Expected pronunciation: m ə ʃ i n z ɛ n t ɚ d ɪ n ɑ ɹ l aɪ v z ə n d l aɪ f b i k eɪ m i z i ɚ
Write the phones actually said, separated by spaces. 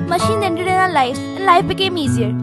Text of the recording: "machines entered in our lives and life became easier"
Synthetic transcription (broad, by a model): m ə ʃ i n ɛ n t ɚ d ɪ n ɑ l l aɪ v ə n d l aɪ f b i k eɪ m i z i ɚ